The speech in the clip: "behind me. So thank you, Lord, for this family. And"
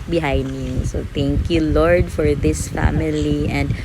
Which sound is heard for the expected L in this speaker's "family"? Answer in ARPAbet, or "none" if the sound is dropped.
L